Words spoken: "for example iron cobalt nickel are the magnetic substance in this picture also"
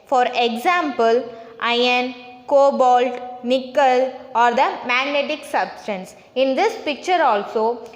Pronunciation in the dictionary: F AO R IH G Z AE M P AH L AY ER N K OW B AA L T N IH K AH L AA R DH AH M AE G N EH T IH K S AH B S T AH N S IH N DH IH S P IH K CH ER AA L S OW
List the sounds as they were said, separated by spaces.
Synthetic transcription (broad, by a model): F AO R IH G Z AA M P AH L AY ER N K OW B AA L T N IH K AH L AA R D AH M AE G N EH T IH K S AH B S T AH N S IH N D IH S P IH K CH ER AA L S OW